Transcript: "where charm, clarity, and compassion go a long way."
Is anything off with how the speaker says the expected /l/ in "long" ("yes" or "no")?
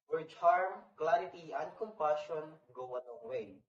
yes